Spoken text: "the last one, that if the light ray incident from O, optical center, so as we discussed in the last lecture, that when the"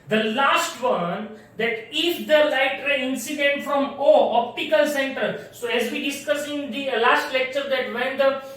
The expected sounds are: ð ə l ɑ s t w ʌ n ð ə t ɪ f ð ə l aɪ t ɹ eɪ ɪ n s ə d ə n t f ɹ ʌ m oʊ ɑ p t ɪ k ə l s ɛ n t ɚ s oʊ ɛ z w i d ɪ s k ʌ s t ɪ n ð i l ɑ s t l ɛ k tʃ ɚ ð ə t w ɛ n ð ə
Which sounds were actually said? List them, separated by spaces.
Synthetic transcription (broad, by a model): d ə l ɑ s t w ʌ n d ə t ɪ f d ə l aɪ t ɹ eɪ ɪ n s ə d ə n t f ɹ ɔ m oʊ ɑ p t ɪ k ə l s ɛ n t ɚ s oʊ ɛ z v i d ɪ s k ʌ s ɪ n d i l ɑ s t l ɛ k tʃ ɚ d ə t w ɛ n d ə